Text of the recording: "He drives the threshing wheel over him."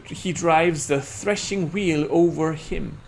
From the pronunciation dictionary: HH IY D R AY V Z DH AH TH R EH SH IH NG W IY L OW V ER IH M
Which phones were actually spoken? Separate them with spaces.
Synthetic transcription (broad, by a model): HH IY D R AY V Z DH AH TH R EH SH IH NG W IY L OW V ER IH M